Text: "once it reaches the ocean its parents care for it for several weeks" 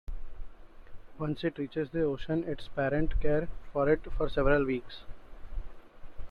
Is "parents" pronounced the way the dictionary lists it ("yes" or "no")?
no